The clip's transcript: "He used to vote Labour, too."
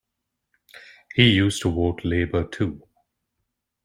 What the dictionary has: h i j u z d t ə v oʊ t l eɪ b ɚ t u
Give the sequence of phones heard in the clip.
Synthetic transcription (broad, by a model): h i j u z t ə w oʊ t l eɪ b ɚ t u